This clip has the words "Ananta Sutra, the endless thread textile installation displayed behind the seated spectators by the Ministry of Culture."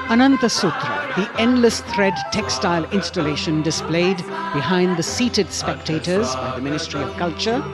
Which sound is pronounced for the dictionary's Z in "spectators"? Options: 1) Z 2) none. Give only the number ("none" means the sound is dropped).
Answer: 1